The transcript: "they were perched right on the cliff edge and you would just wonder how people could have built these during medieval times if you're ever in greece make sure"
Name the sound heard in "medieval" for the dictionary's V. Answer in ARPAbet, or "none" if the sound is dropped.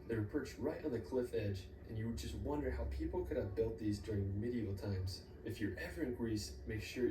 none